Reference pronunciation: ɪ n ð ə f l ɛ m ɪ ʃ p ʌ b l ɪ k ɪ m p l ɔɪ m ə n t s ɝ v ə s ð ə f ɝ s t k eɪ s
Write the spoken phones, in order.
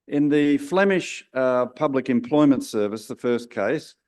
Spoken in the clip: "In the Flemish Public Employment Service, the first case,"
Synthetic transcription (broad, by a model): ɪ n ð ə f l ɛ m ɪ ʃ p ʌ b l ɪ k ɪ m p l ɔɪ m ə n t s ɝ v ə s ð ə f ɝ s k eɪ s